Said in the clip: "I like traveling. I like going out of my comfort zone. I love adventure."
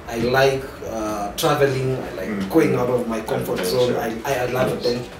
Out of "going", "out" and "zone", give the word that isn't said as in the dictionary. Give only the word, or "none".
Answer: zone